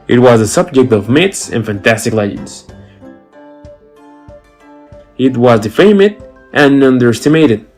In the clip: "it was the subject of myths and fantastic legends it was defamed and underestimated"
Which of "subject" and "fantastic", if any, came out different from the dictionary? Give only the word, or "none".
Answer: none